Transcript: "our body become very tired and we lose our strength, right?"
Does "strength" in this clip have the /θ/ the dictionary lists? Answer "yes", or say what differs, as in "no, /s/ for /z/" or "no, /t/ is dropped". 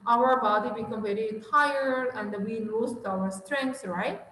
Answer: no, /s/ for /θ/